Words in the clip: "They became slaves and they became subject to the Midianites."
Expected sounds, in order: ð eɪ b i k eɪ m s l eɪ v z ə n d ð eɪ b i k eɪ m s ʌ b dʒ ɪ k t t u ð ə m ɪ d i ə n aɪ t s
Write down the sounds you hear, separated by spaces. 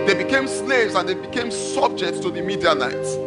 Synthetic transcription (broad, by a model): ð eɪ b i k eɪ m s l eɪ v z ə n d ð eɪ b i k eɪ m s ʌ b dʒ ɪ k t t u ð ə m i d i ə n aɪ t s